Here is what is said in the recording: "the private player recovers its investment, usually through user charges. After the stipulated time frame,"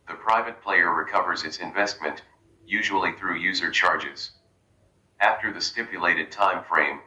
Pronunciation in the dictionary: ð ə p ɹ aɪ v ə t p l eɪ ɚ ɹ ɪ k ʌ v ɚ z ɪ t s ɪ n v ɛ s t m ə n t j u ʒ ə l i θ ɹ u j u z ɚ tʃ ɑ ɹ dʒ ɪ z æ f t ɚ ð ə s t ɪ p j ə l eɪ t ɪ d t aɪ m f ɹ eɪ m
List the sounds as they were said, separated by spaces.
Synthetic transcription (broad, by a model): ð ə p ɹ aɪ v ə t p l eɪ ɚ ɹ ɪ k ʌ v ɚ z ɪ t s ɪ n v ɛ s t m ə n t j u ʒ ə l i θ ɹ u j u z ɚ tʃ ɑ ɹ dʒ ɪ z æ f t ɚ ð ə s t ɪ p j ə l eɪ t ɪ d t aɪ m f ɹ eɪ m